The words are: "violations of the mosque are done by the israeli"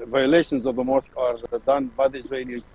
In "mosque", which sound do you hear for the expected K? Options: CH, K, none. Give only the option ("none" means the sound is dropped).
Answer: K